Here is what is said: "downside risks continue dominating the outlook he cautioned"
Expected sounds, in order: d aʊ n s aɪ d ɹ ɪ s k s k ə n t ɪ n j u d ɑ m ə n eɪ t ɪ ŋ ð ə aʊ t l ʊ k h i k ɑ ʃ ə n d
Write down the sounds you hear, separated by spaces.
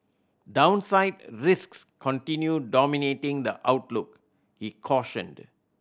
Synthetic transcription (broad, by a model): d aʊ n s aɪ d ɹ ɪ s k s k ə n t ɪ n j u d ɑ m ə n eɪ t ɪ ŋ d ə aʊ t l ʊ k h i k ɑ ʃ ə n d